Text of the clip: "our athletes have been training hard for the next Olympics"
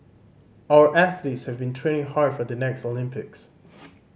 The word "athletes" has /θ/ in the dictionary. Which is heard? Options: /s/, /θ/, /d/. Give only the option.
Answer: /θ/